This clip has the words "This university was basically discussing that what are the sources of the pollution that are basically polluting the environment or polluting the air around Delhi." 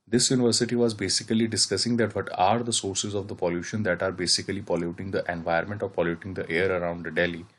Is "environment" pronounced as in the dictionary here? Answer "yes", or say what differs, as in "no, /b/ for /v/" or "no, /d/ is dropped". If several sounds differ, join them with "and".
no, /ɹ/ is dropped